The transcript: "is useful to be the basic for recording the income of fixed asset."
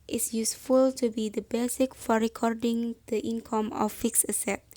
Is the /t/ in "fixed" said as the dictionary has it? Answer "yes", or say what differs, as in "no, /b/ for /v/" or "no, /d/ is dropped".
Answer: no, /t/ is dropped